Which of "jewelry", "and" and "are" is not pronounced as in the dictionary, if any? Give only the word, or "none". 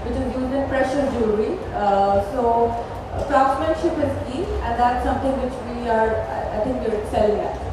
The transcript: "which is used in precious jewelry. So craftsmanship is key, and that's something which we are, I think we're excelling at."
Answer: jewelry